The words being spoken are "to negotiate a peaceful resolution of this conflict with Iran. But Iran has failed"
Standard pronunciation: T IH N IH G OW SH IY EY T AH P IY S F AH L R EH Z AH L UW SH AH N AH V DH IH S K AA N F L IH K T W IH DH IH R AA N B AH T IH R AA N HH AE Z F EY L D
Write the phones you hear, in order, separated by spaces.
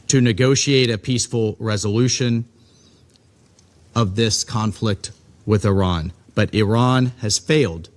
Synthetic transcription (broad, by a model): T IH N IH G OW SH IY EY T AH P IY S F L R EH Z AH L UW SH AH N AH V DH IH S K AA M F L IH K T W IH DH IH R AA N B AH T IH R AA N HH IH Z F EY L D